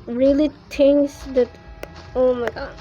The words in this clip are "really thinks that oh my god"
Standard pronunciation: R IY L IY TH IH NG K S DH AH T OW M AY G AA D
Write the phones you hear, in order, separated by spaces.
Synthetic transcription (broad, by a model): R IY L IY T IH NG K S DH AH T OW M AY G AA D